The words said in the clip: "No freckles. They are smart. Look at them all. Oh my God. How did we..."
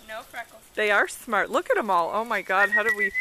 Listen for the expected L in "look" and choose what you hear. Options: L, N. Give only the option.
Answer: L